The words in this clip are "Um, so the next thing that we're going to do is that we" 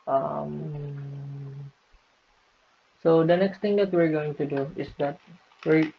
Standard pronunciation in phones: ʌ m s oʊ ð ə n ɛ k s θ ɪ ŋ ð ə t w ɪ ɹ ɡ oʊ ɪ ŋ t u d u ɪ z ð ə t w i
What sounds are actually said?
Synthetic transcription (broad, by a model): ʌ m s oʊ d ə n ɛ k s t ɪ ŋ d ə t w ɪ ɹ ɡ oʊ ɪ ŋ t u d u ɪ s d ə t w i